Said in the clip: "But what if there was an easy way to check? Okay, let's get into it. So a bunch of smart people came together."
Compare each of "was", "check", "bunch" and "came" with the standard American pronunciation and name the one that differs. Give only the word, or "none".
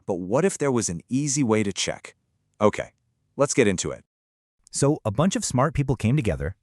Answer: none